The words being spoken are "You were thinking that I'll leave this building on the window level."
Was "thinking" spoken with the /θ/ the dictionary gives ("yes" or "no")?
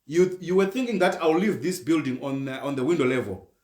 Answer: yes